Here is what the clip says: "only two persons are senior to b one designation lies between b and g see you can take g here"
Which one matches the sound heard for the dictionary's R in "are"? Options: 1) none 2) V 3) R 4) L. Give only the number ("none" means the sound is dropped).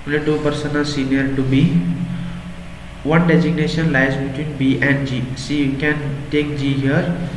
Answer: 4